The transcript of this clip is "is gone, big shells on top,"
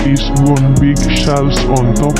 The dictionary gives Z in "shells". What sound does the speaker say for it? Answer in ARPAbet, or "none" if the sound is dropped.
S